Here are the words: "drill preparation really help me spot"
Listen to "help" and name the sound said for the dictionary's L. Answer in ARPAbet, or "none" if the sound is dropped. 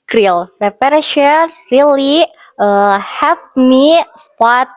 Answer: none